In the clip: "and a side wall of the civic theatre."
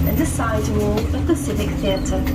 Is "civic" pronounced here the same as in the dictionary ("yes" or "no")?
no